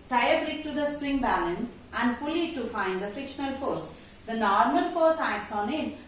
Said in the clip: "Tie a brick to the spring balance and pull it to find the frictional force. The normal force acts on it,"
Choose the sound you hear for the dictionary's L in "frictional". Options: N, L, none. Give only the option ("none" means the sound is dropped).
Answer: L